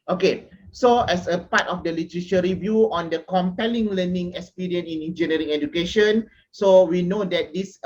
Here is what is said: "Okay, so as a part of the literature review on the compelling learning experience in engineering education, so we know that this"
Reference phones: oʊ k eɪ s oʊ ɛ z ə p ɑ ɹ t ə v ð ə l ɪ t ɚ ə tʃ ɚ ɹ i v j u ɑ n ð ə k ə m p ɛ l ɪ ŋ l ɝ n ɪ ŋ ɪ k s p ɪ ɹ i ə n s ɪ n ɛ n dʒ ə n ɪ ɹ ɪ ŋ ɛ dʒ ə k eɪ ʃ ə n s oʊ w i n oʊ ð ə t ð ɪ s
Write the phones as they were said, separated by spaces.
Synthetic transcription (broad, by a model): oʊ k eɪ s oʊ ɛ s ə p ɑ t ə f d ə l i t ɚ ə ʃ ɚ ɹ i v j u ɑ n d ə k ə m p ɛ l ɪ ŋ l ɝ n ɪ ŋ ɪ k s p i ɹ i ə n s ɪ n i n dʒ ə n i ɹ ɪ ŋ ɛ dʒ ə k eɪ ʃ ə n s oʊ w i n oʊ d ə t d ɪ s